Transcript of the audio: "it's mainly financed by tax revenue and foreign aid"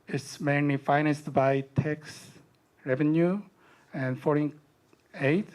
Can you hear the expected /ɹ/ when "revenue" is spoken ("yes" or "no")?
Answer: yes